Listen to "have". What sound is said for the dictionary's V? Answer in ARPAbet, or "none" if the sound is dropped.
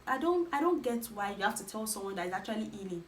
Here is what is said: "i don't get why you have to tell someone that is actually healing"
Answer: F